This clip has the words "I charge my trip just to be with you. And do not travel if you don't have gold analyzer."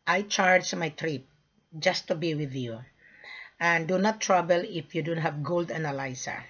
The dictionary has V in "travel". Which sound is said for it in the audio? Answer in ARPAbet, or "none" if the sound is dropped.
B